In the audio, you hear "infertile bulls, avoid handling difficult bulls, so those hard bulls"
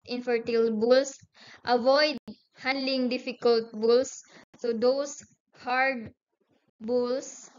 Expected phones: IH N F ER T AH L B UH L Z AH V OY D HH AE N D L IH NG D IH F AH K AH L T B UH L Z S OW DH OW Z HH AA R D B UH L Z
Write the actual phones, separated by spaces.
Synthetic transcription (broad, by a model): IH N F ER T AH L B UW L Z AH V OY D HH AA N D L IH NG D IH F AH K AH L T B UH L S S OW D OW S HH AA R D B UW L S